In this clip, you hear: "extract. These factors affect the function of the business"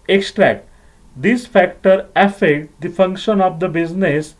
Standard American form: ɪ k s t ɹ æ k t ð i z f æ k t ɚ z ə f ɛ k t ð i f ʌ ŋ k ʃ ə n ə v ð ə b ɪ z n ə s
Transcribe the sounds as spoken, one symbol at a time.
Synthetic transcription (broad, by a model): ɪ k s t ɹ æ k t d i s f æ k t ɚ ə f ɛ k t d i f ʌ ŋ k ʃ ə n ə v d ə b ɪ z n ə s